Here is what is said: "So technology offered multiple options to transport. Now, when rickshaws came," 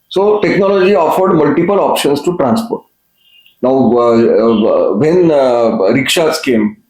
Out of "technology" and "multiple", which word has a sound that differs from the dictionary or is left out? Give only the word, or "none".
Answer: none